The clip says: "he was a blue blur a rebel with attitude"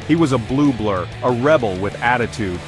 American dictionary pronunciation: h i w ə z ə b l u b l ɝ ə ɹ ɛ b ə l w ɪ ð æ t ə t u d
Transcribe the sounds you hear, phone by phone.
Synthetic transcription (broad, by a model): h i w ə z ə b l u b l ɝ ə ɹ ɛ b l w ɪ ð æ t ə t u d